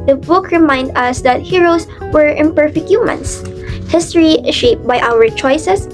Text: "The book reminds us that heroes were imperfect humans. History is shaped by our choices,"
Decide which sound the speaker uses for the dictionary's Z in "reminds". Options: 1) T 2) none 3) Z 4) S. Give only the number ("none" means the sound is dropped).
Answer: 2